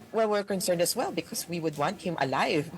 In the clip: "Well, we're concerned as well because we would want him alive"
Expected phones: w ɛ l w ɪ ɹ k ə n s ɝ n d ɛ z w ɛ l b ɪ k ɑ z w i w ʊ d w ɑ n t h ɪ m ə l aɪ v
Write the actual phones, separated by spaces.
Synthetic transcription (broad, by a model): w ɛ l w ɪ ɹ k ə n s ɝ n d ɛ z w ɛ l b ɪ k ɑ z w i w ʊ d w ɑ n t h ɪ m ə l aɪ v